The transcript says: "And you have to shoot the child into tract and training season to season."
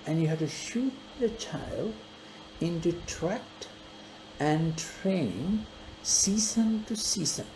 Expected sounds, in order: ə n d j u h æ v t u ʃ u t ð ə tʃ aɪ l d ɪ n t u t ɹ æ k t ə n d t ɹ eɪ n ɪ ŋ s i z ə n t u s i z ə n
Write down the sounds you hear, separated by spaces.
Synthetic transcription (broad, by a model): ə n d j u h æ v t u ʃ u t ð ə tʃ aɪ l d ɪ n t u t ɹ æ k t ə n t ɹ eɪ n ɪ ŋ s i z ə n t u s i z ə n